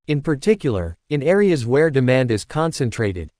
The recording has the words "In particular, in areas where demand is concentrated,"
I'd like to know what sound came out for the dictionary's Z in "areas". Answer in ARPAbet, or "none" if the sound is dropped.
Z